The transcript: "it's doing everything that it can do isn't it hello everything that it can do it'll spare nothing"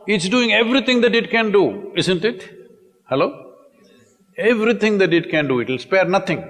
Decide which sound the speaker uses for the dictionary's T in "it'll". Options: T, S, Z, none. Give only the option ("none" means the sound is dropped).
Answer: T